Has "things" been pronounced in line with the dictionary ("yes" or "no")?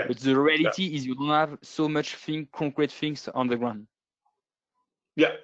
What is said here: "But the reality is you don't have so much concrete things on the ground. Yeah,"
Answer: no